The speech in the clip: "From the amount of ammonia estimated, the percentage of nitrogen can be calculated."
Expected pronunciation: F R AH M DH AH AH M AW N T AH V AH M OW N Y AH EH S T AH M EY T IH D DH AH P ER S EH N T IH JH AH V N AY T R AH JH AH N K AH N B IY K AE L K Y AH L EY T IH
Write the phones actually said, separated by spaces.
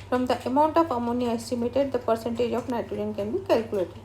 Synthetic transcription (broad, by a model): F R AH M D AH AH M AW N T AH F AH M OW N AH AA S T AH M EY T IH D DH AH P ER S EH N T IH JH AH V N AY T AH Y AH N K AH N B IY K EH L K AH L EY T